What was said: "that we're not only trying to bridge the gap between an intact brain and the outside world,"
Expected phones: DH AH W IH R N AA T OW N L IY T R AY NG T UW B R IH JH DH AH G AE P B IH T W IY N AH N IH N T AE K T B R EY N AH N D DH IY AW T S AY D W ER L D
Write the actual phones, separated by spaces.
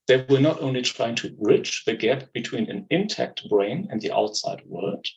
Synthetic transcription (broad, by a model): DH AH W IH L N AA T OW N L IY T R AY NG T UW R IH CH DH AH G AE P B IH T W IY N AH N IH N T AE K T B R EY N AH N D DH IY AW T S AY D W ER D